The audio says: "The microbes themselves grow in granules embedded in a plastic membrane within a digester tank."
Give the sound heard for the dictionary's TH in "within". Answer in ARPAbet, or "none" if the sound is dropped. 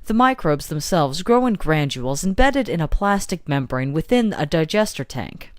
TH